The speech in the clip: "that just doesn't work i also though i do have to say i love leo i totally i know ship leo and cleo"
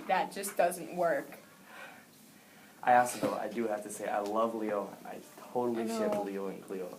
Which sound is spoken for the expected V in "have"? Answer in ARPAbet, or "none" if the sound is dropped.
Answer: F